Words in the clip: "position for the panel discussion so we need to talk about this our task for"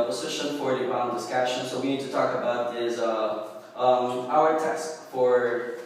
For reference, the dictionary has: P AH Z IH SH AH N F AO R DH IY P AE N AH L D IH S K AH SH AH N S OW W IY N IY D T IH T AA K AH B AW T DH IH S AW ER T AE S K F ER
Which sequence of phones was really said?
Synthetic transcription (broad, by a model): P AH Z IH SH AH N F AO R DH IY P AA AH N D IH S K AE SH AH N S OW W IY N IY D T IH T AA K AH B AW T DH IH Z AW ER T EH S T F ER